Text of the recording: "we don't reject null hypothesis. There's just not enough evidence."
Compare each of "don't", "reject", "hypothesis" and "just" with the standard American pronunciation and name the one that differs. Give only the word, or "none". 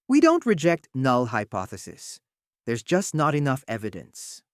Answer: none